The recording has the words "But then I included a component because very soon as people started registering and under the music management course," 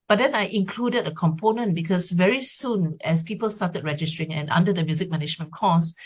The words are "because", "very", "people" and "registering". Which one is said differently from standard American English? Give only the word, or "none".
because